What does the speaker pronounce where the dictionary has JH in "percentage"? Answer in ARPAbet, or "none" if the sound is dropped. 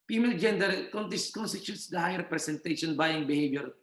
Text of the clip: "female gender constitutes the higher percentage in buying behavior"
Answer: SH